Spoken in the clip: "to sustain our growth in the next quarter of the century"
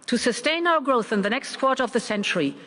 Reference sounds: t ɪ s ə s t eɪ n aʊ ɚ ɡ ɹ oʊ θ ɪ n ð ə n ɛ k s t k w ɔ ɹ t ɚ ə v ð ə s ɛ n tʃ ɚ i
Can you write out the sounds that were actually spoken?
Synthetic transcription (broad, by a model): t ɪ s ə s t eɪ n aʊ ɚ ɡ ɹ oʊ θ ɪ n ð ə n ɛ k s t k w ɔ ɹ t ɚ ə v ð ə s ɛ n tʃ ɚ i